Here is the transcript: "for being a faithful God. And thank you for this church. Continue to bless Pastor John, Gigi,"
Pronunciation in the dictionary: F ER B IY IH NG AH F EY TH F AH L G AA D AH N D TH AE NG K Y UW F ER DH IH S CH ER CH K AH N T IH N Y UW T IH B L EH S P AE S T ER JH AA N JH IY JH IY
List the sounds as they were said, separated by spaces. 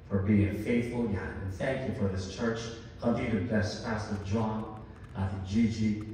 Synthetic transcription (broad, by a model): F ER B IY IH NG F EY TH F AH L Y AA AH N TH AE NG K Y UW F ER DH IH S CH ER CH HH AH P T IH T IH B L EH S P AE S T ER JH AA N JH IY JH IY